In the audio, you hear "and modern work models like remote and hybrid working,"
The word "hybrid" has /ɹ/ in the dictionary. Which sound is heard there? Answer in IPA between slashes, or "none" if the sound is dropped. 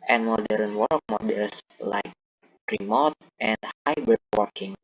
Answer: none